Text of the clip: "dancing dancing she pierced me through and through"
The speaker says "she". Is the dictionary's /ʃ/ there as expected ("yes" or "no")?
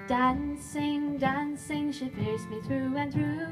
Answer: yes